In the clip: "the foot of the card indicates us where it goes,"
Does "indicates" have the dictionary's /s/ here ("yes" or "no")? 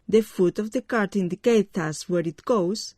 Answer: no